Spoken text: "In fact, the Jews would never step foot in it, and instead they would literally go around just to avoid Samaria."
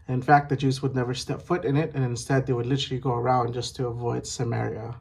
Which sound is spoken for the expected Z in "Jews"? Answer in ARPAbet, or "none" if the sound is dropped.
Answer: Z